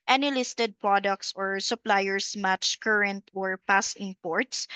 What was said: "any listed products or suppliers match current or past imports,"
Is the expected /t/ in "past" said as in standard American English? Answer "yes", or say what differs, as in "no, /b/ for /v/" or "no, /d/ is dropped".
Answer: no, /t/ is dropped